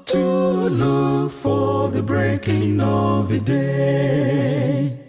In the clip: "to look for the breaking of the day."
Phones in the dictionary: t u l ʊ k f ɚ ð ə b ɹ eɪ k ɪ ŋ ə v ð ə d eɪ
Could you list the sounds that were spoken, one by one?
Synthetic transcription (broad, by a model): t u l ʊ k f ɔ ð ə b ɹ eɪ k ɪ ŋ ə v ð ə d eɪ